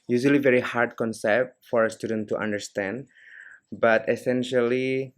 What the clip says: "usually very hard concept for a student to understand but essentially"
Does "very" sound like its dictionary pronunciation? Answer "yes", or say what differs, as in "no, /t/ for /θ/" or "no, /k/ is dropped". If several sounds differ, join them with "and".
yes